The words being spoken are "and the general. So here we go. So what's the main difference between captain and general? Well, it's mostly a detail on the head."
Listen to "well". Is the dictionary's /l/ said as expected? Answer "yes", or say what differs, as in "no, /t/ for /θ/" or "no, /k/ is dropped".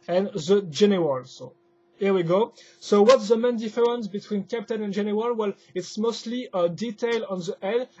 yes